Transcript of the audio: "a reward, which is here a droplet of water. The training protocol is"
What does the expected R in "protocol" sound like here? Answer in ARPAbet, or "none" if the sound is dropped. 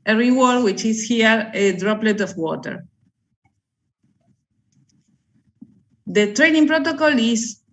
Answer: R